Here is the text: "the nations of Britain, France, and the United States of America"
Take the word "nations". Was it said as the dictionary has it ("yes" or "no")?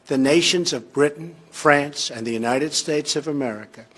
yes